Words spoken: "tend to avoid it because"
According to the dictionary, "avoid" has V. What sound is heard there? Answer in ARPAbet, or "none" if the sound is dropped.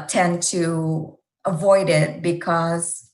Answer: V